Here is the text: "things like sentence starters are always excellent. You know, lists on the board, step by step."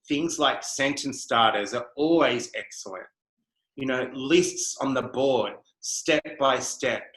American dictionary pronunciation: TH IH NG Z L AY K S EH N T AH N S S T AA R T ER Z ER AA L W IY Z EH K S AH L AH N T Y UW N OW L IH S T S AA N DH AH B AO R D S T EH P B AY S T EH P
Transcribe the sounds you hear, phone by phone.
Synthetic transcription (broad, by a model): TH IH NG Z L AY K S EH N T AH N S S T AA R T ER Z ER AA L W IY Z EH K S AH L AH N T Y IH N OW L IH S T S N DH AH B AO R D S T EH P B AY S T EH P